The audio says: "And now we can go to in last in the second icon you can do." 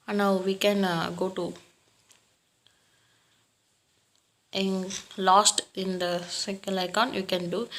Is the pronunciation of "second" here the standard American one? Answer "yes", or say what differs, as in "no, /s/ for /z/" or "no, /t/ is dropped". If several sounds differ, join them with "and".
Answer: no, /l/ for /n/